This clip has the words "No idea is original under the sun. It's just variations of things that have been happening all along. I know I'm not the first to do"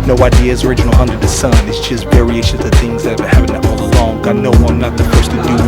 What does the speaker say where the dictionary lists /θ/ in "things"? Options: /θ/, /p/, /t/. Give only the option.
/θ/